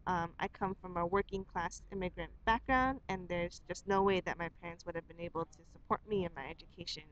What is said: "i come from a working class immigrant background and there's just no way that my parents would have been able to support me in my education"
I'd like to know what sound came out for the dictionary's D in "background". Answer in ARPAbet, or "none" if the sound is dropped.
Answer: D